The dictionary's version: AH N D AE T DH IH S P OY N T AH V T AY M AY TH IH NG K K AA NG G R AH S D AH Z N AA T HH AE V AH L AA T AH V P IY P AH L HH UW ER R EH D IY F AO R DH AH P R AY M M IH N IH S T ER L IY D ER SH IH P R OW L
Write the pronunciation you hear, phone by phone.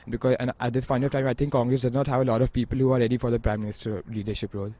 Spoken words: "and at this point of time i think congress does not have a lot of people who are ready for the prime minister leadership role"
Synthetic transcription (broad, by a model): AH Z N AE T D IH S F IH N AH T AY M AY T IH NG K K AA NG G R AH S D AH Z N AA T HH AE V AH L AA T AH V P IY P AH L HH UW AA R EH D IY F AO R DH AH P R AY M M IH N IH S T ER L IY D ER SH IH P R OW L